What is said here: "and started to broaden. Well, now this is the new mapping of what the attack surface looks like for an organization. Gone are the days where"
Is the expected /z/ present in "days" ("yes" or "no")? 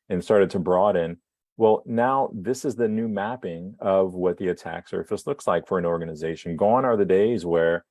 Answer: yes